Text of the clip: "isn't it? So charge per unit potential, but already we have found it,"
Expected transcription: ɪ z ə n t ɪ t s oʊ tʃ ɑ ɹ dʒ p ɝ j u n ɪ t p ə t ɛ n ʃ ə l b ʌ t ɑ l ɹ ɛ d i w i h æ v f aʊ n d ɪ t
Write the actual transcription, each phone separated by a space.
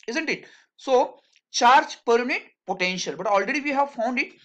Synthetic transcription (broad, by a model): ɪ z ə n t ɪ t s oʊ tʃ ɑ ɹ dʒ p ɝ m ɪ t p ə t ɛ n ʃ ə l b ʌ t ɑ l ɹ ɛ d i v i h æ v f aʊ n d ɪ t